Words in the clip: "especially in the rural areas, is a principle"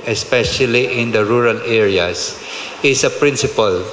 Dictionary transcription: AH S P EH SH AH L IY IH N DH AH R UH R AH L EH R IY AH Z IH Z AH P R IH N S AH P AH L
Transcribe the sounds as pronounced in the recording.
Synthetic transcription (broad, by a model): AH S P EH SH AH L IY IH N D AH R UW R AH L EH R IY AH S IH S AH P R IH N S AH P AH L